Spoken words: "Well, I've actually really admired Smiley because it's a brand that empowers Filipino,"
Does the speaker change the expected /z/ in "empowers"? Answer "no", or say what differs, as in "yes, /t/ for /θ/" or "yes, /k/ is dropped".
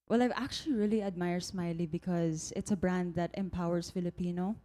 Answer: yes, /s/ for /z/